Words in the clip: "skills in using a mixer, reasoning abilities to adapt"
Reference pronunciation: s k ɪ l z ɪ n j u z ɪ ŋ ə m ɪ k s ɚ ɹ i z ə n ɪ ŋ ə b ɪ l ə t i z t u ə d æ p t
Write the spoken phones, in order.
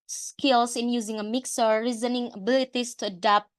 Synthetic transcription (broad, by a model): s k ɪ l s ɪ n j u z ɪ ŋ ə m ɪ k s ɚ ɹ i z ə n ɪ ŋ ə b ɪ l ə t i s t u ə d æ p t